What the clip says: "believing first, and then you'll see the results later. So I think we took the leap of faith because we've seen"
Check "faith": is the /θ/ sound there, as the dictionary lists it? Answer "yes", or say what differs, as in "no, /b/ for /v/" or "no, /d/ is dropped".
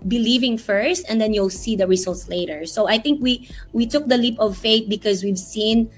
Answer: no, /t/ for /θ/